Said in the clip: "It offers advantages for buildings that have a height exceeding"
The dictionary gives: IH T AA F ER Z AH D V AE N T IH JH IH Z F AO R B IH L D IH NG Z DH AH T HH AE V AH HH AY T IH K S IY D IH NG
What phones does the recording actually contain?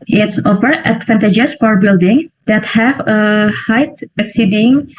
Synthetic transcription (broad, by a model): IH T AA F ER AH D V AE N T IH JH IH S F AO R B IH L D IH NG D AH T HH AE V AH HH AY T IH K S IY D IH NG